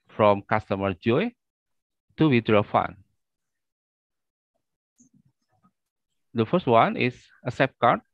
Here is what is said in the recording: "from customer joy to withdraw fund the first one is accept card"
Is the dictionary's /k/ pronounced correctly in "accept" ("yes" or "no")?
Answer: no